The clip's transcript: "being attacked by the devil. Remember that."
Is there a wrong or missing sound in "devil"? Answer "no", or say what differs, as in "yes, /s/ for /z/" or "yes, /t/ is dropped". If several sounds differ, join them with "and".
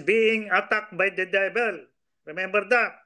yes, /b/ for /v/